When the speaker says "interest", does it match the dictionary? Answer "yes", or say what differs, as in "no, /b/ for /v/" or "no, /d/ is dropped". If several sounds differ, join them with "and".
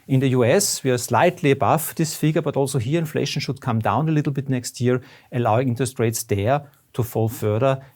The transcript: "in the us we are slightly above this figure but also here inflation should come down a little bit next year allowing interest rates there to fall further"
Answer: no, /ɹ/ is dropped